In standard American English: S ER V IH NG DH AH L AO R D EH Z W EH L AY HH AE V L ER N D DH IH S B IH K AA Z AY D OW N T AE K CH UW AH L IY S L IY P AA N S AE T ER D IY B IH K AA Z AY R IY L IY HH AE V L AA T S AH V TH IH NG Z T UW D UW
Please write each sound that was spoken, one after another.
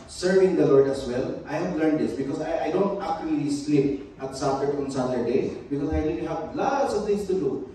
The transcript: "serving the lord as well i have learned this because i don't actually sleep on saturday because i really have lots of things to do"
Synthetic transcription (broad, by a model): S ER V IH NG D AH L AO R D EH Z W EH L AY HH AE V L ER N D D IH S B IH K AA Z AY D OW N T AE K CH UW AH L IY S L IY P AA N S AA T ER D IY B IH K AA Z AY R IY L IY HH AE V L AA T S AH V T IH NG S T UW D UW